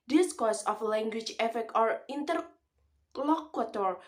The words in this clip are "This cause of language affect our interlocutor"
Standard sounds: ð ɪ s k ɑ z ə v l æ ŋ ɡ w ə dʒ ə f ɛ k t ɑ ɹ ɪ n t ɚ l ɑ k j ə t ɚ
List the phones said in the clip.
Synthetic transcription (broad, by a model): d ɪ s k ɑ s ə f l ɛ ŋ ɡ w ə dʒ ə f ɛ k t ɑ ɹ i n t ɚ l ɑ k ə t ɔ